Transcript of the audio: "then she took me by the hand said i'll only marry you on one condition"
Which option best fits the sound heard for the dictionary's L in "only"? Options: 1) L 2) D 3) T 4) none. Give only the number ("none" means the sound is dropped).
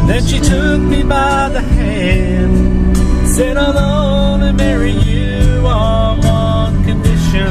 4